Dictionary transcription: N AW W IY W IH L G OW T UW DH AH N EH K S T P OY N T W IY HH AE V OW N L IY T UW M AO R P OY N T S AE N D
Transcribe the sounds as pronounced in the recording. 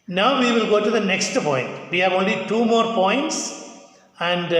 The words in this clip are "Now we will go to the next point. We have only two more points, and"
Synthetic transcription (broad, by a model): N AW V IY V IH L G OW T UW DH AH N EH K S T P OY N T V IY HH AE V OW N L IY T UW M AO R P OY N T S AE N D